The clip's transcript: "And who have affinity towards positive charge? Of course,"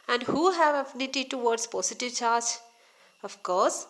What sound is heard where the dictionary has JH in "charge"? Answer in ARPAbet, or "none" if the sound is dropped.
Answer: JH